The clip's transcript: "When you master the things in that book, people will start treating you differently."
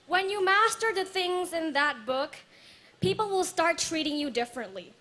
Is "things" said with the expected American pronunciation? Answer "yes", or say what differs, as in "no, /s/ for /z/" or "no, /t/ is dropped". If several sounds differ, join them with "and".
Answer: yes